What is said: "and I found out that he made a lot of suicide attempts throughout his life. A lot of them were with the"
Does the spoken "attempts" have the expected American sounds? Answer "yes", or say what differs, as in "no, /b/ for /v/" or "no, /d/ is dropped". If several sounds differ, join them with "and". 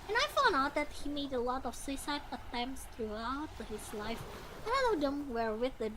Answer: yes